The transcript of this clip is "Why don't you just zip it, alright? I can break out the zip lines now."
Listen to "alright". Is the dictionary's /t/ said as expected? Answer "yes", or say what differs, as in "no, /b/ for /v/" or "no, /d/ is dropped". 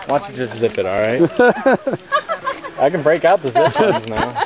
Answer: yes